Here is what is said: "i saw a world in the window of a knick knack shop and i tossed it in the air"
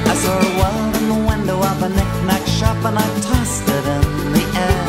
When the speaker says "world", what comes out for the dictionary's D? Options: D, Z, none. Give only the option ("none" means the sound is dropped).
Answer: none